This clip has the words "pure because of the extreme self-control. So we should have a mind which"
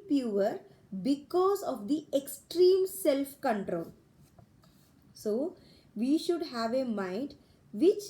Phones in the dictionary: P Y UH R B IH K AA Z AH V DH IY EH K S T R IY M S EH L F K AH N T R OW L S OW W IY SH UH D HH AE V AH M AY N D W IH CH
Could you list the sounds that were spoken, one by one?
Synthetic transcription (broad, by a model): P Y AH R B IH K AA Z AH V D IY EH K S T R IY M S EH L F K AH N T R OW L S OW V IY SH UH D HH AE V AH M AY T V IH CH